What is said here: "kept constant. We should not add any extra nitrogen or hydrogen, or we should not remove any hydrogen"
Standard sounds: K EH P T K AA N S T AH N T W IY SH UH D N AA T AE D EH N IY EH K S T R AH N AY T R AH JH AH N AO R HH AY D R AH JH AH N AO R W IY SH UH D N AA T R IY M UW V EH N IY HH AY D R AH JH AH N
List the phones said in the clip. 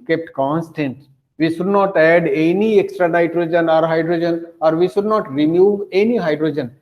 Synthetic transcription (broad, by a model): K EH P T K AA N S T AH N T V IY SH UH D N AA T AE D EH N IY EH K S T R AH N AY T R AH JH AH N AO R HH AY D R AH JH AH N AO R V IY SH UH D N AA T R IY M UW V EH N IY HH AY D R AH JH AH N